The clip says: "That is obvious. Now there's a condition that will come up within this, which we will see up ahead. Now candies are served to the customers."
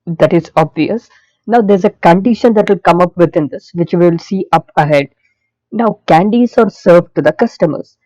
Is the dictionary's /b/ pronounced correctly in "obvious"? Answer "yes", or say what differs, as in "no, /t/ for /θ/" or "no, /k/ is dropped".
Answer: yes